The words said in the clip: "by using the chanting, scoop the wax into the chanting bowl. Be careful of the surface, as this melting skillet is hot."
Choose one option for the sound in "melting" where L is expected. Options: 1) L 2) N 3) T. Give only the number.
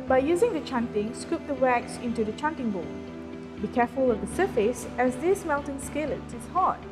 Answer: 2